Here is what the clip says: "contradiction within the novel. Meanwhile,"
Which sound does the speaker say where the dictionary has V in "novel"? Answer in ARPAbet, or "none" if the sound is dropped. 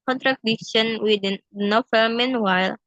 F